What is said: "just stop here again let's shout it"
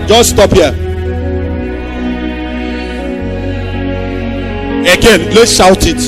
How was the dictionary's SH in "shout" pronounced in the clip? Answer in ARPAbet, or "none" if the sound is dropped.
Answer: SH